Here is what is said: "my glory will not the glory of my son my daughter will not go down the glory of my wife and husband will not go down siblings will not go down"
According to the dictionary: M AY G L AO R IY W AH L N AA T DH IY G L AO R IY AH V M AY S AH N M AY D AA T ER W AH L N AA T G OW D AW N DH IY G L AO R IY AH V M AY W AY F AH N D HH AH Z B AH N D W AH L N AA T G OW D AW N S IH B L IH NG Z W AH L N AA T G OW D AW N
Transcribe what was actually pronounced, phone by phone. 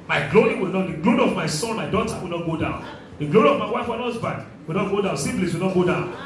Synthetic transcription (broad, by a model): M AY G L AO R IY W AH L N AA T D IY G L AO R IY AH V M AY S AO N M AY D AA T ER W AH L N AA T G OW D AW N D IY G L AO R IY AH V M AY W AY F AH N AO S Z B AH D W AH L N AA T G OW D AW N S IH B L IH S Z W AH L N AA T G OW D AW N